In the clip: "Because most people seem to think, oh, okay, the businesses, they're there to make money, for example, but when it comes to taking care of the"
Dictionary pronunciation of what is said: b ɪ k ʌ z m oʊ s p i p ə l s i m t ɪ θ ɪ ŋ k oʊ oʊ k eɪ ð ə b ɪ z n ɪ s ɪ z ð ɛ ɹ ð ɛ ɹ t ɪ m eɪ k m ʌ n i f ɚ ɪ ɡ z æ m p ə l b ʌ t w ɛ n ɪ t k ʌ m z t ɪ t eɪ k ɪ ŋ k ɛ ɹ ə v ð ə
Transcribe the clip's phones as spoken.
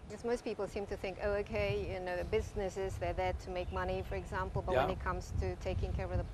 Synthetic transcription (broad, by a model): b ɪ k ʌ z m oʊ s p i p l s i m t ɪ θ ɪ ŋ k oʊ oʊ k eɪ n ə b ɪ z n ɪ s ɪ z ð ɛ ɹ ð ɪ t ɪ m eɪ k m ʌ n i f ɚ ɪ ɡ z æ m p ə l b ʌ t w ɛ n ɪ t k ʌ m z t ɪ t eɪ k ɪ ŋ k ɛ ɹ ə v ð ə